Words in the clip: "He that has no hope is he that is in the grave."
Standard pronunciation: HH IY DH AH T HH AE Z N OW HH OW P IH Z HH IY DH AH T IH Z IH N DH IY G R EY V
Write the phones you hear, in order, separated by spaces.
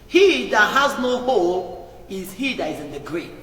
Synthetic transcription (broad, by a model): HH IY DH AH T HH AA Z N OW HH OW IH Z HH IY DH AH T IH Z IH N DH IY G R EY